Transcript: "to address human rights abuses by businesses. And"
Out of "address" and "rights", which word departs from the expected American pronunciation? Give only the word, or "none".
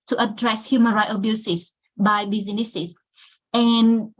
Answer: rights